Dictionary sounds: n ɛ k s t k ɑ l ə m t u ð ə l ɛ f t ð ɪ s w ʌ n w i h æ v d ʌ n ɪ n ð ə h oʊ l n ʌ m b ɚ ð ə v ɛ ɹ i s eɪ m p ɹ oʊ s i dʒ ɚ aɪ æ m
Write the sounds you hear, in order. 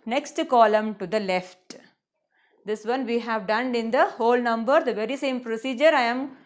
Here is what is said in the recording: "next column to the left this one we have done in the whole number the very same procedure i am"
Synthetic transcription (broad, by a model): n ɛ k s t k ɑ l ə m t u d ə l ɛ f t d ɪ s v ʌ n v i h æ v d ʌ n ɪ n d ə h oʊ l n ʌ m b ɚ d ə v ɛ ɹ i s eɪ m p ɹ oʊ s i dʒ ɚ aɪ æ m